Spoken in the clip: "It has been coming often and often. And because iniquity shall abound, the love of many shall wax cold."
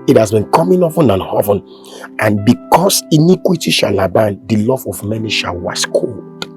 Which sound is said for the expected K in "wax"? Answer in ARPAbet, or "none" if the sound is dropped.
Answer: none